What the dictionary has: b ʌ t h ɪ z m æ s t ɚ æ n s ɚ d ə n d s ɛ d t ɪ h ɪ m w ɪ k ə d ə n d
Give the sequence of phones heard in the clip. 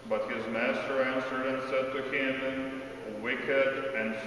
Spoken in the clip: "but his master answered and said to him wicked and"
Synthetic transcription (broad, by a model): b ʌ t h ɪ z m æ s t ɚ æ n s ɚ d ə n s ɛ d t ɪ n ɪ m w ɪ k ə d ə n